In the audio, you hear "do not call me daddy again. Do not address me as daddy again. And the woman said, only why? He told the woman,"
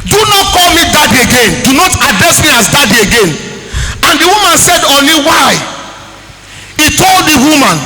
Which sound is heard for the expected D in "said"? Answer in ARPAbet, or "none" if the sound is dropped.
D